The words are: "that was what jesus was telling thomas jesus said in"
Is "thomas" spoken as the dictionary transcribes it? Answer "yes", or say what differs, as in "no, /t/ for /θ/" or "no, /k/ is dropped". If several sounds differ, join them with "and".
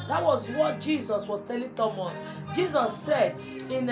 yes